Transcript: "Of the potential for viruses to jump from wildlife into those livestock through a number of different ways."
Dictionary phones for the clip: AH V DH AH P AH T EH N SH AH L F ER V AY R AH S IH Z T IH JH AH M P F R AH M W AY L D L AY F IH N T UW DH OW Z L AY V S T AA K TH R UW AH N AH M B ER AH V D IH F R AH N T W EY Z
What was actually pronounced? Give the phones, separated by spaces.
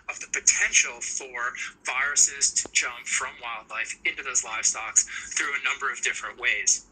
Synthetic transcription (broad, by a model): AH V DH AH P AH T EH N SH L F ER V AY R AH S IH Z T IH JH AH M P F R AH M W AY L D L AY F IH N T UW DH OW Z L AY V S T AA K TH R UW AH N AH M B ER AH V D IH F R AH N T W EY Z